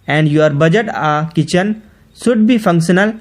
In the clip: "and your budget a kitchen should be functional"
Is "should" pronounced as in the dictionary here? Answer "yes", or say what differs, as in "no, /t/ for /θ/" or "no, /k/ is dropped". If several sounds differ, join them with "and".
no, /s/ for /ʃ/